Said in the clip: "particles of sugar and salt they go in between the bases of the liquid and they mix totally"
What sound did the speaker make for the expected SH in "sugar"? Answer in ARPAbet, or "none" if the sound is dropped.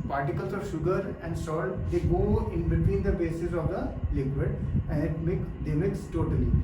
SH